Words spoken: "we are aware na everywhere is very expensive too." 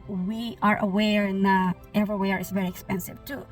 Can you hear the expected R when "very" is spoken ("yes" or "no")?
yes